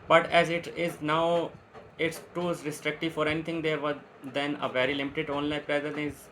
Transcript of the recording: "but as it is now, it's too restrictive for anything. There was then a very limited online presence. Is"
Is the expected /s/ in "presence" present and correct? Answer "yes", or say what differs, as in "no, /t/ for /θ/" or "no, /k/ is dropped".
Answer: no, /s/ is dropped